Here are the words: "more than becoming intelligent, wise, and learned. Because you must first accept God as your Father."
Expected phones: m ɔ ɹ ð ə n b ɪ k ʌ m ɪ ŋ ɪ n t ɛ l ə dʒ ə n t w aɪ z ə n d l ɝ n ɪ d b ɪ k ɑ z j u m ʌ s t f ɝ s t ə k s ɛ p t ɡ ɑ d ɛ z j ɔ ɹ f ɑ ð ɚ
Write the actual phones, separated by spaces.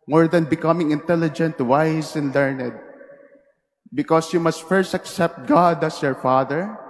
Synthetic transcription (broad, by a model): m ɔ ɹ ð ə n b ɪ k ʌ m ɪ ŋ ɪ n t ɛ l ə dʒ ə n t w aɪ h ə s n l ɝ n ɪ d b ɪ k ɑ s j u m ʌ s t f ɝ s t ə k s ɛ p t ɡ ɑ d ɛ s j ɔ ɹ f ɑ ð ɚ